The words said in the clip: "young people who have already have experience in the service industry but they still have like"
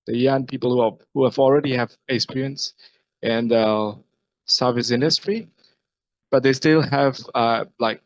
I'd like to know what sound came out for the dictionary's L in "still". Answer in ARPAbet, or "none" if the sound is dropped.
L